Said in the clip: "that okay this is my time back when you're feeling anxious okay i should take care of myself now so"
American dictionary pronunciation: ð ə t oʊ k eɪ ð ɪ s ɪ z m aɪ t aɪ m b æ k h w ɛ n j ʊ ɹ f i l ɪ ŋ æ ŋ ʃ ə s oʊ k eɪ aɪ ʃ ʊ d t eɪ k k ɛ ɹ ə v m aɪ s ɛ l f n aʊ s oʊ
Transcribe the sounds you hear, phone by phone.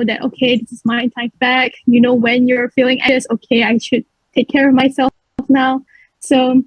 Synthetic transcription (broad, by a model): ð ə t oʊ k eɪ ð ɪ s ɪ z m aɪ t aɪ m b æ k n w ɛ n j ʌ ɹ f i l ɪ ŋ ŋ ə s oʊ k eɪ aɪ ʃ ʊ d t eɪ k k ɛ ɹ ə v m aɪ s ɛ l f n aʊ s oʊ